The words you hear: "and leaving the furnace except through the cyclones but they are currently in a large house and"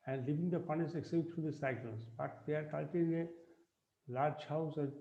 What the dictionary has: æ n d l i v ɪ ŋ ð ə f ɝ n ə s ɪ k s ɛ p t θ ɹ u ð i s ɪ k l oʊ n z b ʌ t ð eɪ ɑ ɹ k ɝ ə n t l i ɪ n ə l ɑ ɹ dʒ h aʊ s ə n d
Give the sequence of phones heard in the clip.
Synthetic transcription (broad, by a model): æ n d l i v ɪ ŋ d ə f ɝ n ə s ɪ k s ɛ t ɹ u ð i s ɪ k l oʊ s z b ʌ t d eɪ ɑ ɹ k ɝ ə l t i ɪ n ə l ɑ ɹ dʒ h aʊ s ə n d